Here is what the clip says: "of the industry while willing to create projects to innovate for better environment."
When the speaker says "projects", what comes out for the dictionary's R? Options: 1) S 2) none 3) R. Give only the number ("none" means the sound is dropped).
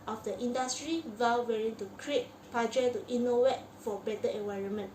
2